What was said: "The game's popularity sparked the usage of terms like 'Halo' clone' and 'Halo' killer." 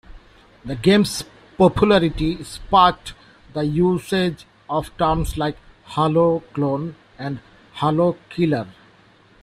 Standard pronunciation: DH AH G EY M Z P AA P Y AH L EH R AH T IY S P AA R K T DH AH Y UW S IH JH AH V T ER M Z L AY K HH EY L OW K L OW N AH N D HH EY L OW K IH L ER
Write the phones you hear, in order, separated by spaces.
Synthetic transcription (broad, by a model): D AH G EY M S P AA P Y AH L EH R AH T IY S P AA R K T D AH Y UW S IH JH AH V T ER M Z L AY K HH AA L OW K L OW N AH N D HH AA L OW K IH L ER